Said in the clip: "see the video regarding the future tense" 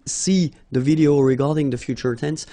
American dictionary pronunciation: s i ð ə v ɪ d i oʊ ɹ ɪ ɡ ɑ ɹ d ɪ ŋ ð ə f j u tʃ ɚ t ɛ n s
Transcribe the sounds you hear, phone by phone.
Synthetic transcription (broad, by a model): s i ð ə v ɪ d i oʊ ɹ ɪ ɡ ɑ ɹ d ɪ ŋ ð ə f j u tʃ ɚ t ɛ n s